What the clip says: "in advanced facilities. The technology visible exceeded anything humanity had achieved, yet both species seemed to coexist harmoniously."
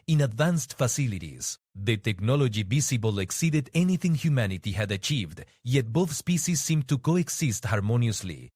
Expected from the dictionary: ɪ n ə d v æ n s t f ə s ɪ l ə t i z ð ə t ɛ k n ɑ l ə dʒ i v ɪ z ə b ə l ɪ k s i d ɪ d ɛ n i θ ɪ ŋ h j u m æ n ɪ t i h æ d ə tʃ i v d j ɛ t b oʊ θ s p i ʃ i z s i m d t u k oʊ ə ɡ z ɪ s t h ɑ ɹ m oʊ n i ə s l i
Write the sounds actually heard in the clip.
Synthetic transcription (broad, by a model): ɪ n ə d v æ n s t f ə s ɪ l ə t i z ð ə t ɛ k n ɑ l ə dʒ i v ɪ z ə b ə l ɪ k s i d ɪ d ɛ n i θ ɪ ŋ h j u m æ n ɪ t i h æ d ə tʃ i v d j ɛ t b oʊ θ s p i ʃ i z s i m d t u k oʊ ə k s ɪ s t h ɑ ɹ m oʊ n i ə s l i